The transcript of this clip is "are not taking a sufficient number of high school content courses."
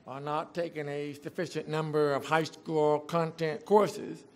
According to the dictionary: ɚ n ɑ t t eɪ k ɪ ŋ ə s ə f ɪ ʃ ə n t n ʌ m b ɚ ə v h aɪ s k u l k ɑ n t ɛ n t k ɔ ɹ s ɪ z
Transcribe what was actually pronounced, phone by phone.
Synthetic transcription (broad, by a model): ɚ n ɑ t t eɪ k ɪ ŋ ə s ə f ɪ ʃ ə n n ʌ m b ɚ ə v h aɪ s k u l k ɑ n t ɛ n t k ɔ ɹ s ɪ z